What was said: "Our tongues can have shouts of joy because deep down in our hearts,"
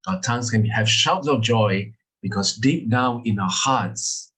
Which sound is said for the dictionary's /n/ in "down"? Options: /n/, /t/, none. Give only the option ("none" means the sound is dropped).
none